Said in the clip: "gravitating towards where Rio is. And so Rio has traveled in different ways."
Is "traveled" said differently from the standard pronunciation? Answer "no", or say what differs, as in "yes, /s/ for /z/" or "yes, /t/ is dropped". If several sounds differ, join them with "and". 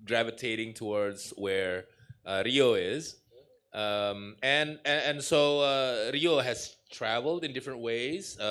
no